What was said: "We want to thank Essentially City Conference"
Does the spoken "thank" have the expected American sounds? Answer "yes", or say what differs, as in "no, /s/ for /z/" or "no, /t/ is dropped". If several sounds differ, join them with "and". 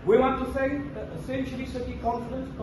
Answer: no, /s/ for /θ/